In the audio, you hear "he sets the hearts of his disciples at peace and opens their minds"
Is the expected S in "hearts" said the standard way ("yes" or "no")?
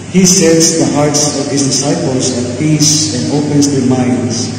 yes